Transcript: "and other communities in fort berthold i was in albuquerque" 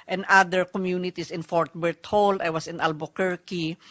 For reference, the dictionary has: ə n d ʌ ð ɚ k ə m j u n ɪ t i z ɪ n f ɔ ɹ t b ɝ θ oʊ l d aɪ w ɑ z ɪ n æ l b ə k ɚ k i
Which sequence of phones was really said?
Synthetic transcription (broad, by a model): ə n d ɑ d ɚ k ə m j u n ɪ t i s ɪ n f ɔ ɹ t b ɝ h oʊ l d aɪ w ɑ s ɪ n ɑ l b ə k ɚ k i